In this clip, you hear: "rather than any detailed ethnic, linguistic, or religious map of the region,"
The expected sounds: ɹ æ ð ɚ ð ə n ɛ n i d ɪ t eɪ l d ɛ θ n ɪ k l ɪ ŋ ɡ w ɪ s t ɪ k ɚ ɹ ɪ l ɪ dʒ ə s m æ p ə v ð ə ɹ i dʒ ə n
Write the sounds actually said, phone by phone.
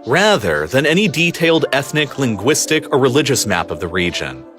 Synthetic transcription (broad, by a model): ɹ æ ð ɚ ð ə n ɛ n i d ɪ t eɪ l d ɛ θ n ɪ k l ɪ ŋ ɡ w ɪ s t ɪ k ɚ ɹ ɪ l ɪ dʒ ə s m æ p ə v ð ə ɹ i dʒ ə n